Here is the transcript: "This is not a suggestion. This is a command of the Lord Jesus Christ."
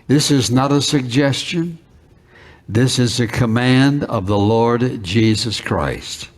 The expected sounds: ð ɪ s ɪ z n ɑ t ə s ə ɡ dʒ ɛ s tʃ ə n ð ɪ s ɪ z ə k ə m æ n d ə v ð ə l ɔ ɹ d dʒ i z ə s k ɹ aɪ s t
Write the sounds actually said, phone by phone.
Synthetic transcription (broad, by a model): ð ɪ s ɪ z n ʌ t ə s ə ɡ dʒ ɛ s tʃ ə n ð ɪ s ɪ z ə k ə m æ n d ə v ð ə l ɔ ɹ d dʒ i z ə s k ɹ aɪ s t